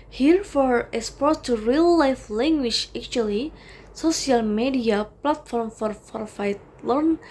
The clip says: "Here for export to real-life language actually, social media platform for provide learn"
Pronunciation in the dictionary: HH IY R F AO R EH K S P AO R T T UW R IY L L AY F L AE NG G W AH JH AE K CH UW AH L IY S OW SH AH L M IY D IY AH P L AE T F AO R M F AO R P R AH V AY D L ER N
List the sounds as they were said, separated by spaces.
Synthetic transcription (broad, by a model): HH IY R F AO R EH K S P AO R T T UW R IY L L AY F L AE NG G W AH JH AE K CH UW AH L IY S OW S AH L M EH D IY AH P L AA T F AO R M F AO R F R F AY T L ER N